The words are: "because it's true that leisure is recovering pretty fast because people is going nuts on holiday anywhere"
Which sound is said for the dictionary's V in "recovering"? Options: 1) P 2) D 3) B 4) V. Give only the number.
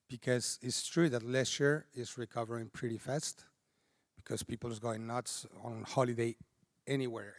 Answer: 4